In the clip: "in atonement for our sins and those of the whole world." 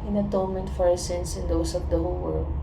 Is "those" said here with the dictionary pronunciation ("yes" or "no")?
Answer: no